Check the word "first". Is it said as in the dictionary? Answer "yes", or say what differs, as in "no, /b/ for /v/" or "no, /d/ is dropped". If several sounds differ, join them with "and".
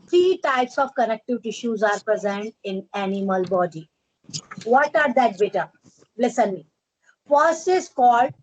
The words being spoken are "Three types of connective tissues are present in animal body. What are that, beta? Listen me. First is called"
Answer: no, /t/ is dropped